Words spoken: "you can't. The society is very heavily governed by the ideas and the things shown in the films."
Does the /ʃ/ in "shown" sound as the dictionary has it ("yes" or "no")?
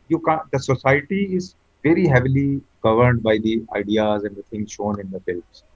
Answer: yes